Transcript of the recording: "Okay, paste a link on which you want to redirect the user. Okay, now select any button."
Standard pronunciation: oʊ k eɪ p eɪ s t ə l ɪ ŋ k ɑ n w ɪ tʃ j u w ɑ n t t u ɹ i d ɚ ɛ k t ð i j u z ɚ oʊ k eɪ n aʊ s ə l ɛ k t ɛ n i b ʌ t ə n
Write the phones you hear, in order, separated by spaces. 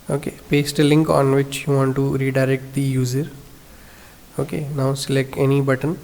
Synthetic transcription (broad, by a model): oʊ k eɪ p eɪ s t l ɪ ŋ k ɑ n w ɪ tʃ j u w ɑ n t t u ɹ i d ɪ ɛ k t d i j u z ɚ oʊ k eɪ n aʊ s l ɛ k ɛ n i b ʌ t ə n